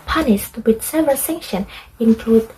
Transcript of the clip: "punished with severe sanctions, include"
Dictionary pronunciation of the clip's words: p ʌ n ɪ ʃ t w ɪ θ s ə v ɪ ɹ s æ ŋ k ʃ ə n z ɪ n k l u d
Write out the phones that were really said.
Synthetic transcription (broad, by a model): p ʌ n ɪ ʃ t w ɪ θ s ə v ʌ l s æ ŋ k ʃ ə n ɪ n k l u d